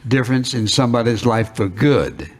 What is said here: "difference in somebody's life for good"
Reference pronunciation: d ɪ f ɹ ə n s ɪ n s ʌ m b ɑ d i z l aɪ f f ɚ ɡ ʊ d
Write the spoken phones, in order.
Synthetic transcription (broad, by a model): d ɪ f ɹ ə n s ɪ n s ʌ m b ɑ d i z l aɪ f f ɚ ɡ ʊ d